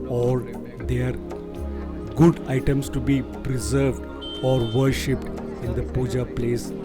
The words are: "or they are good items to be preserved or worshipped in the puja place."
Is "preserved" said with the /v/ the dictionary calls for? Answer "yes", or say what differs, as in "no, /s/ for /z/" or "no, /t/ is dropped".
yes